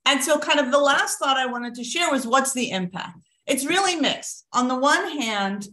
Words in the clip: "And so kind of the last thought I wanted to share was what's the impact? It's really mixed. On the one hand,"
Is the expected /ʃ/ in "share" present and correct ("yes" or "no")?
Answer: yes